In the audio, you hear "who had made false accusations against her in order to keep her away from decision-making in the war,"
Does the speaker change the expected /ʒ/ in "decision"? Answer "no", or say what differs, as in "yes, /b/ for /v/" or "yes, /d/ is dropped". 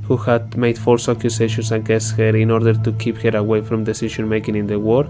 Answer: yes, /ʃ/ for /ʒ/